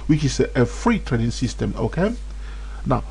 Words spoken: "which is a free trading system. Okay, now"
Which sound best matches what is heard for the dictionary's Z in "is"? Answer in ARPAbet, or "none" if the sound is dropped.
S